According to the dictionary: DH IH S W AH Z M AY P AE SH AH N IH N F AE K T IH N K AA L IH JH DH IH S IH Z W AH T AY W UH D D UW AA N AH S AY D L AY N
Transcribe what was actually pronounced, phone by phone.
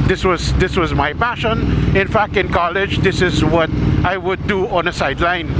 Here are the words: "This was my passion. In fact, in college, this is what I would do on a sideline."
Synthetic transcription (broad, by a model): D IH S W AH Z M AY P AE SH AH N IH N F AE K T IH N K AA L IH JH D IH S IH Z W AH T AY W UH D D UW AA N AH S AY D L AY N